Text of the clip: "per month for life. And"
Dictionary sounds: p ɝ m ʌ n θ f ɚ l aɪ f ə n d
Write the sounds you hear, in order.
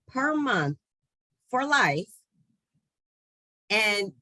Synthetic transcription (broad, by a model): p ɝ m ʌ n θ f ɚ l aɪ f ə n